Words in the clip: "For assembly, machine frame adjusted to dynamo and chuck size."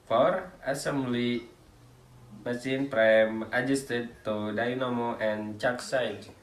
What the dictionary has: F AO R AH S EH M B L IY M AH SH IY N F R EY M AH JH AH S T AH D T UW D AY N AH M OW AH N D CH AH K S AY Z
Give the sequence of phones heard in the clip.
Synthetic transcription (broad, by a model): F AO R AH S EH M B L IY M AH S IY N P R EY M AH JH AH S T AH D T UW D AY N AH M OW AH N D CH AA K S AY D